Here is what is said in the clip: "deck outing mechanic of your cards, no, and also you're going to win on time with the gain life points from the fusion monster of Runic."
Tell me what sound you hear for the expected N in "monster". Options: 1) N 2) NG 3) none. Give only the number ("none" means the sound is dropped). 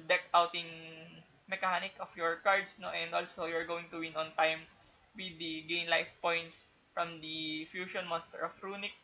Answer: 1